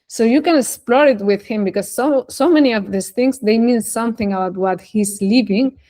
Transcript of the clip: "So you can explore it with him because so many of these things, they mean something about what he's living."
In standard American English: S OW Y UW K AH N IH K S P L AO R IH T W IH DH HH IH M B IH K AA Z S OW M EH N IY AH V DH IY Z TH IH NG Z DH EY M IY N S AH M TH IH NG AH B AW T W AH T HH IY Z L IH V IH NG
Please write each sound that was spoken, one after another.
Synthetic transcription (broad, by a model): S OW Y UW K AH N IH K S P L AO R IH T W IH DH HH IH M B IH K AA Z S OW M EH N IY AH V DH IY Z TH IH NG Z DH EY M IY N S AH M TH IH NG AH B AW T W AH T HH IY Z L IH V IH NG